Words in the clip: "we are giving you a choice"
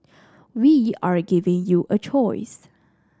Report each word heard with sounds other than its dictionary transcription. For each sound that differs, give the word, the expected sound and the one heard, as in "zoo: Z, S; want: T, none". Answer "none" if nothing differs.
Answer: none